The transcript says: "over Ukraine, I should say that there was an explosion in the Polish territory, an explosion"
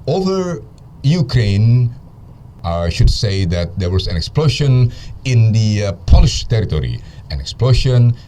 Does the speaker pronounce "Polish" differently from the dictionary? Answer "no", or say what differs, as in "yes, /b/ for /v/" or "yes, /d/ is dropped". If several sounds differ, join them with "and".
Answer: no